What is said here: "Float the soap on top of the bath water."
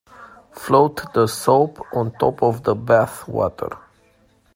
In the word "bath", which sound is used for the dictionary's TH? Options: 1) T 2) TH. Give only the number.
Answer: 2